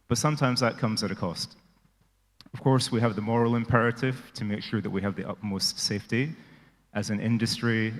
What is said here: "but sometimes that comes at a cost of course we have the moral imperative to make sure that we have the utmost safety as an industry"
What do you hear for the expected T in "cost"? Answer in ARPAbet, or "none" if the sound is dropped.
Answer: T